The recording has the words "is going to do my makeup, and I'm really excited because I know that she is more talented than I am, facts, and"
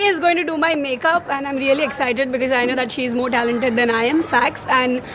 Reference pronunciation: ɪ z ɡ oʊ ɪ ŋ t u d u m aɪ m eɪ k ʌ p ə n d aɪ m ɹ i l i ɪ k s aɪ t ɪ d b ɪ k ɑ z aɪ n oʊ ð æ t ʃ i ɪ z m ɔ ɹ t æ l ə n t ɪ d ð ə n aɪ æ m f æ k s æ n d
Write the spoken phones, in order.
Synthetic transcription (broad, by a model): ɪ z ɡ oʊ ɪ ŋ t u d u m aɪ m eɪ k ʌ p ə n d aɪ m ɹ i l i ɪ k s aɪ t ɪ d b ɪ k ɑ z aɪ n oʊ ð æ t ʃ i ɪ z m ɔ ɹ t æ l ə n t ɪ d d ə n aɪ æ m f æ k s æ n d